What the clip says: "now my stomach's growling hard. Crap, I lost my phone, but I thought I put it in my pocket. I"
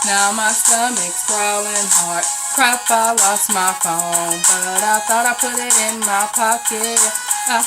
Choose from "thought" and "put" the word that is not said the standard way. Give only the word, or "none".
none